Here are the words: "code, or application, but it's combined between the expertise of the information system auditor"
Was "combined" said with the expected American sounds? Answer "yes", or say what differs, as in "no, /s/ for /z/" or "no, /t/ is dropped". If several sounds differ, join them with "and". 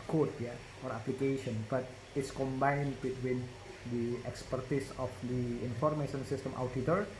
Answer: yes